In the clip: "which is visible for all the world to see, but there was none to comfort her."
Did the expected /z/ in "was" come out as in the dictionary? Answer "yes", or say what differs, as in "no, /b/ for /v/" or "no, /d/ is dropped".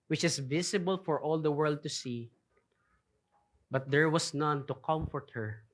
no, /s/ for /z/